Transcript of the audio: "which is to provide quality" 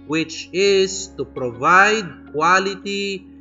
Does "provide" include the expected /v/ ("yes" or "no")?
yes